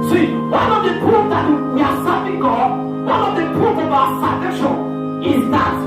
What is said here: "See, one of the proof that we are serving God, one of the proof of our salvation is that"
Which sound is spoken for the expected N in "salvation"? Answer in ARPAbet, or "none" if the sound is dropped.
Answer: none